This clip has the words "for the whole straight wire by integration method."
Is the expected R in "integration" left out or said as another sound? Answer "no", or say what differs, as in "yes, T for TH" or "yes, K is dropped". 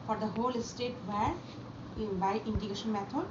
yes, R is dropped